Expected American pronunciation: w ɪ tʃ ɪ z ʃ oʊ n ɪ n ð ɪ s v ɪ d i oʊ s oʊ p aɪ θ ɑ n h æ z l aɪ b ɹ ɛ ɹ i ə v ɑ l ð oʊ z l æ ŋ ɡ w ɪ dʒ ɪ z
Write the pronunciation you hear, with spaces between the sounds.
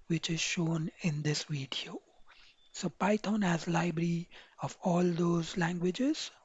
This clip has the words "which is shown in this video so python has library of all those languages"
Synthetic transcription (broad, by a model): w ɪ tʃ ɪ z ʃ oʊ n ɪ n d ɪ s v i d i oʊ s oʊ p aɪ t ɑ n h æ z l aɪ b ɹ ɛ ɹ i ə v ɑ l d oʊ z l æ ŋ ɡ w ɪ dʒ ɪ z